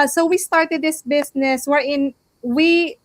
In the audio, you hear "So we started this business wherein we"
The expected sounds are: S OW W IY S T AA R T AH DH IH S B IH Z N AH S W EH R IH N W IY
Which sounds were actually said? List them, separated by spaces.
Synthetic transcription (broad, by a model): S OW W IY S T AA R T AH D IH S B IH S N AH S W EH R IH N W IY